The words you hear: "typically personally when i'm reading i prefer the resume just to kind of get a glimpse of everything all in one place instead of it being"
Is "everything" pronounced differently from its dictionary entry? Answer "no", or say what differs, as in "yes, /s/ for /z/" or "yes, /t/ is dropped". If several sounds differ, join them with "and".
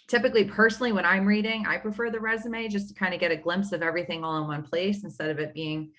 no